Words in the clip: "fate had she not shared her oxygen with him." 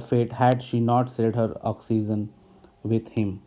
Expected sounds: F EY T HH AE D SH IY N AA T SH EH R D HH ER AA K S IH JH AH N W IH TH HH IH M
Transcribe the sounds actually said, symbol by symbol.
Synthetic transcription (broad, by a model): F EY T HH AE D SH IY N AA T S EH L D HH ER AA K S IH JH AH N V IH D HH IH M